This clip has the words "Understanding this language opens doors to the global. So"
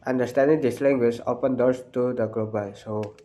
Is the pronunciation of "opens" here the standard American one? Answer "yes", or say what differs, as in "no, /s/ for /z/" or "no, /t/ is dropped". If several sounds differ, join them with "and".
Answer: no, /z/ is dropped